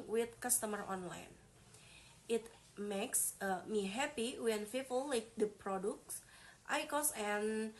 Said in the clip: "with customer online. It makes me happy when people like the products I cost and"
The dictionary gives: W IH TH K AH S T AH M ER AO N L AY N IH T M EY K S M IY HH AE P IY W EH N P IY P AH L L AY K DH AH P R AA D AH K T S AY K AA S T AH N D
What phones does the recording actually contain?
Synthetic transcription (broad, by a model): W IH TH K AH S T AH M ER AO N L AY N IH T M EY K S M IY HH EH P IY W EH N F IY F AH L L AY K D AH P R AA D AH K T S AY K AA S AH N